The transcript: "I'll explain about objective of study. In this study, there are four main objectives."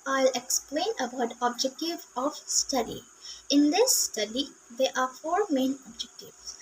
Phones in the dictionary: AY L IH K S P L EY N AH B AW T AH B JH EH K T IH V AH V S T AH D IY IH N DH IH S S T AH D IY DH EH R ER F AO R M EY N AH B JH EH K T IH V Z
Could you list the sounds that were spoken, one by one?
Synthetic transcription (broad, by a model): AY L IH K S P L EY N AH B AW T AH B JH EH K T IH V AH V S T AH D IY IH N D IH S S T AH D IY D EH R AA F AO R M EY N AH B JH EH K T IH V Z